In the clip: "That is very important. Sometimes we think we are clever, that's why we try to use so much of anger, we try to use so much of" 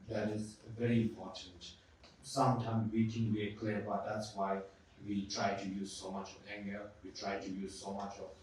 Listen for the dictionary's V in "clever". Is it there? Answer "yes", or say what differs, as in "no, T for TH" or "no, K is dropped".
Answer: no, B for V